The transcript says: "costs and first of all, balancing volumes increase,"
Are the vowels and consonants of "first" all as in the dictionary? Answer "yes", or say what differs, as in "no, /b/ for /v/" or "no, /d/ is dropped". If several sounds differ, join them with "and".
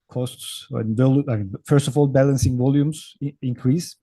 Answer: yes